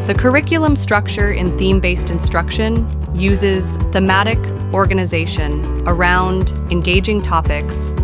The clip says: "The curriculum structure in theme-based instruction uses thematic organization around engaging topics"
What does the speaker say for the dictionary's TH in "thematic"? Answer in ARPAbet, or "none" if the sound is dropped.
TH